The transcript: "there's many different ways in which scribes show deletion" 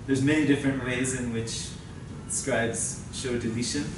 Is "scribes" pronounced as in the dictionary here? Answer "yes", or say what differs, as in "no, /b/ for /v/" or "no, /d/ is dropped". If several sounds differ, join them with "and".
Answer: yes